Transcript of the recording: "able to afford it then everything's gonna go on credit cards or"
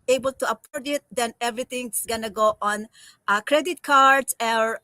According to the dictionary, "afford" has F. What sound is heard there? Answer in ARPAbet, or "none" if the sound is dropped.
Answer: P